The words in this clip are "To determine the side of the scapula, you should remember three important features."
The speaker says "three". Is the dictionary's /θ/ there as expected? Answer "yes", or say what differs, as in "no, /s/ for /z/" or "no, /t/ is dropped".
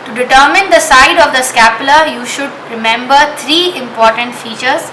no, /t/ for /θ/